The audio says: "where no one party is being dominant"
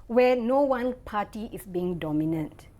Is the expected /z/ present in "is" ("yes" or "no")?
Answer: no